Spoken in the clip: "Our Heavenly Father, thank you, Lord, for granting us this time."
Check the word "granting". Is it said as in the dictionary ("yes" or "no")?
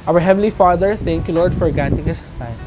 no